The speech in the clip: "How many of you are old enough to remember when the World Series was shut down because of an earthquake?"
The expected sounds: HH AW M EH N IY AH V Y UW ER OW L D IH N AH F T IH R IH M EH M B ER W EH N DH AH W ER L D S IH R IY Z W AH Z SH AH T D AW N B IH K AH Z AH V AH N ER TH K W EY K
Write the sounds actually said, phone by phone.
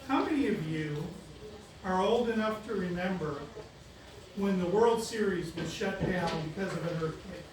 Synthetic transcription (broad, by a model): HH AW M EH N IY AH V Y UW ER OW L D IH N AH F T IH R IH M EH M B ER W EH N DH AH W ER L D S IH R IY Z W AH Z SH AH T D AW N B IH K AH Z AH V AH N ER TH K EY